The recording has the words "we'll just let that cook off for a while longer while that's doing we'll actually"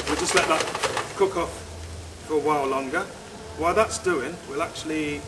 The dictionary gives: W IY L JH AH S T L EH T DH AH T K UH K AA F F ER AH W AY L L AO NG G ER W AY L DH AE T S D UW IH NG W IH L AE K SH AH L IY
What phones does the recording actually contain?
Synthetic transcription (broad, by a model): W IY L JH AH S T L EH T DH AH T K UH K AA F F ER AH W AY L L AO NG G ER W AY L DH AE T S D UW IH NG W IH L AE K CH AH L IY